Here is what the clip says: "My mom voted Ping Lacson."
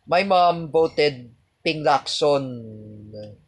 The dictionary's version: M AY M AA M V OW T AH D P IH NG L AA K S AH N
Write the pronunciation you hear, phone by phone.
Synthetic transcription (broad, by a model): M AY M AA M B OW T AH D P IH NG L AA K S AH N